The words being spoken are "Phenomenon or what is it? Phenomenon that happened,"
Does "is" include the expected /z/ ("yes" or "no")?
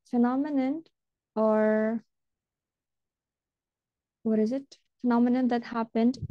yes